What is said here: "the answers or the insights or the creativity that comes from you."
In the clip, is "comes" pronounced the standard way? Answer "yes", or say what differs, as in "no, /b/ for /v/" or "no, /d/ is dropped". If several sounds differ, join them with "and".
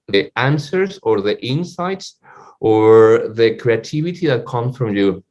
no, /s/ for /z/